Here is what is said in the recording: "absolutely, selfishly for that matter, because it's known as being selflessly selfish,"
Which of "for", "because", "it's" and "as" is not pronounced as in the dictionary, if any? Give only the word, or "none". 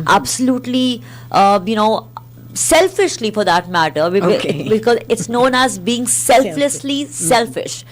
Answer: none